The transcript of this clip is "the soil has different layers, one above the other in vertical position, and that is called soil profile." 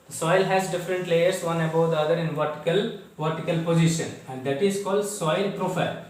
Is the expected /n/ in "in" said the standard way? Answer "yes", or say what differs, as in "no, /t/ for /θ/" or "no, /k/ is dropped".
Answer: no, /l/ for /n/